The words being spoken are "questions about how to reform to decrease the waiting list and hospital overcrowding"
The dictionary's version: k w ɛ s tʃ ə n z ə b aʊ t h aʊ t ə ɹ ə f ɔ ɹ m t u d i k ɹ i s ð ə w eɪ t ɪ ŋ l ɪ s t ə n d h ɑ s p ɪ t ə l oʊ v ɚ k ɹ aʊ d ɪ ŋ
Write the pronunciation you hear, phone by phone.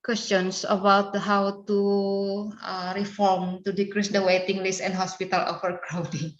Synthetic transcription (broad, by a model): k w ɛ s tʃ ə n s ə b aʊ t h aʊ t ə ɹ ə f ɔ ɹ m t u d i k ɹ i s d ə w eɪ t ɪ ŋ l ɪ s ə n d h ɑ s p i t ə l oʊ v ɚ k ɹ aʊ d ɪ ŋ